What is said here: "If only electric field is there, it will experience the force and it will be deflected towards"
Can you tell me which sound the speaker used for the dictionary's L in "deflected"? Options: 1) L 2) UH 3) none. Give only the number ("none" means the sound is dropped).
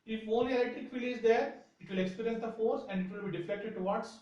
3